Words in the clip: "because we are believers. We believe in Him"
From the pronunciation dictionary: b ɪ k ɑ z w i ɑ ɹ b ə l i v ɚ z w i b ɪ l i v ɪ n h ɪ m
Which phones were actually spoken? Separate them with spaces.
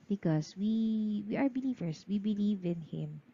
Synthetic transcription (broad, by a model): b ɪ k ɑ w w i ɑ ɹ b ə l i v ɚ s w i b ɪ l i v ɪ n h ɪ m